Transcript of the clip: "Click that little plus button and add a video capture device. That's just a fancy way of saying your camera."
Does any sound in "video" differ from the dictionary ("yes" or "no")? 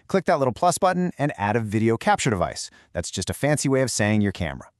no